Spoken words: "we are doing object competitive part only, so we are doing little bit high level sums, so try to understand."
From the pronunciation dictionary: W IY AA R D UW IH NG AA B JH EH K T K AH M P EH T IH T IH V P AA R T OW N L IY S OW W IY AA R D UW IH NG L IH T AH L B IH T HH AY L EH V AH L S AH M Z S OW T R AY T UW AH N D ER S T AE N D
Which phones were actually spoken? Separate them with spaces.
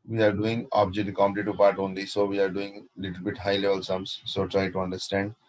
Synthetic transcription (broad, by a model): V IY AA R D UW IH NG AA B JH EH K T K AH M IH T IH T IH P AA R T OW N L IY S OW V IY AA R D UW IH NG L IH T AH L B IH T HH AY L EH V AH L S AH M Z S OW T R AY T UW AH N D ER S T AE N D